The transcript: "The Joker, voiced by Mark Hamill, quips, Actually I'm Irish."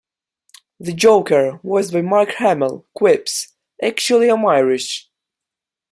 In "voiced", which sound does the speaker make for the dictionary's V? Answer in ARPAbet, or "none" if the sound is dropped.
W